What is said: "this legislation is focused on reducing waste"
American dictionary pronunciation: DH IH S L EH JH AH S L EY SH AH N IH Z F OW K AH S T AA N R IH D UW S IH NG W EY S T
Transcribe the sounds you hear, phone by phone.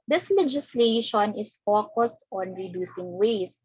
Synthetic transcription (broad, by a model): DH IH S L EH JH AH S L EY SH AH N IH S F OW K AH S T AA N R IH D UW S IH NG W EY S